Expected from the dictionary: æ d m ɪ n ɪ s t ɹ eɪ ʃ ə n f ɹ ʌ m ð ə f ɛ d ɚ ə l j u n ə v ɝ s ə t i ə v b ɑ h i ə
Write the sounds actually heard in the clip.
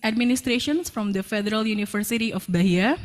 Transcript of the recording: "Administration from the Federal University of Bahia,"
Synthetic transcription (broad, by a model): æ d m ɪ n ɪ s t ɹ eɪ ʃ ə n f ɹ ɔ m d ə f ɛ d ɚ ə l j u n ə v ɝ s ə t i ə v b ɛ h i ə